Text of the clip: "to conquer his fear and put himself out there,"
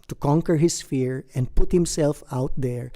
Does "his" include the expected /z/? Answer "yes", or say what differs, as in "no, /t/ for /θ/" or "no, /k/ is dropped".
no, /s/ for /z/